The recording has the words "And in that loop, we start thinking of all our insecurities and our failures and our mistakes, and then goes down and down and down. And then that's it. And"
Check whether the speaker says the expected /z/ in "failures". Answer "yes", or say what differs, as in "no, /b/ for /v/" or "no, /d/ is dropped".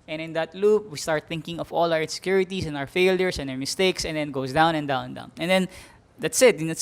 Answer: no, /s/ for /z/